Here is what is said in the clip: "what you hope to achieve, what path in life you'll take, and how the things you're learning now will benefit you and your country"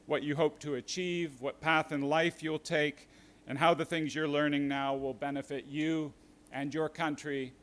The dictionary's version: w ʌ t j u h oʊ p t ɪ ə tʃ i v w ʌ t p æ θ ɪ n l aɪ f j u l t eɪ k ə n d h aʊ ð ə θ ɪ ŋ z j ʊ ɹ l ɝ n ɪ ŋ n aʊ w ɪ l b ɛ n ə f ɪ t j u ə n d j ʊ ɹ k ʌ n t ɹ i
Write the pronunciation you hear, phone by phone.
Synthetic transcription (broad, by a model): w ʌ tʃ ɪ h oʊ p t ɪ ə tʃ i v w ʌ t p æ θ ɪ n l aɪ f j u l t eɪ k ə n h aʊ ð ə θ ɪ ŋ z j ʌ ɹ l ɝ n ɪ ŋ n aʊ w ɪ l b ɛ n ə f ɪ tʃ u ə n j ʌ ɹ k ʌ n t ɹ i